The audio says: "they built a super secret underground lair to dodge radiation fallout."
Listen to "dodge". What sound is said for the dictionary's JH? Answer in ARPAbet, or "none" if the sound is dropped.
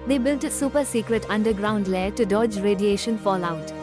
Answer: JH